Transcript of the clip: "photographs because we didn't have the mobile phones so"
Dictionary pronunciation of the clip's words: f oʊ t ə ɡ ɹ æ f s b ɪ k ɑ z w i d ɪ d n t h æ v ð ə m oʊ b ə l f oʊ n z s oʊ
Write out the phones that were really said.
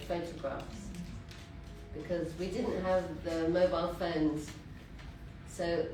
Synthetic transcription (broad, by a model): f oʊ t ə ɡ ɹ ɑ f s b ɪ k ɑ z w i d ɪ d n t h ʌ v ð ə m oʊ b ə l f oʊ n z s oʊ